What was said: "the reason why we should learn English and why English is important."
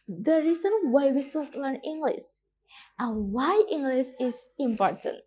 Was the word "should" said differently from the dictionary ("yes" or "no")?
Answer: yes